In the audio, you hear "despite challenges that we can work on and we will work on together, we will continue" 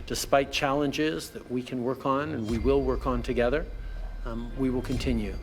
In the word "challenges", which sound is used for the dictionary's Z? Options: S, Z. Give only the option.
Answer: Z